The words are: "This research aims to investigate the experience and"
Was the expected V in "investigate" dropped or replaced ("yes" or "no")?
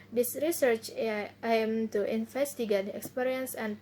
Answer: yes